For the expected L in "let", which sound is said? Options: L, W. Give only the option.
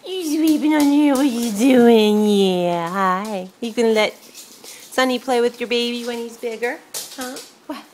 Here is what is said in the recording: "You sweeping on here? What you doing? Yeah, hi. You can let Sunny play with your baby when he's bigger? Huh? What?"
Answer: L